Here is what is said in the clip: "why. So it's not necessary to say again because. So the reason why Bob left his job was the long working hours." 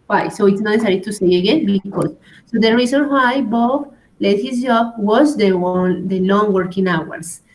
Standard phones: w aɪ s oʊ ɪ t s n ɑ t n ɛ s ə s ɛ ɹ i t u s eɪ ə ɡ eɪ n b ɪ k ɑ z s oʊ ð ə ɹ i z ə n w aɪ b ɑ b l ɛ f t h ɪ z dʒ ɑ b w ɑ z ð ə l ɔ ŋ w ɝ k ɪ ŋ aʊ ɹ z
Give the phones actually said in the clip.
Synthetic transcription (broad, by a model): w aɪ s oʊ ɪ t s n ɑ t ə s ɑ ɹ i t u s eɪ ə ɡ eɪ n b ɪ k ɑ s oʊ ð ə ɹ i s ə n w aɪ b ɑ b l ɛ t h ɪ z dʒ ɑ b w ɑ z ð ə l ɔ ŋ w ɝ k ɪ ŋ aʊ ɹ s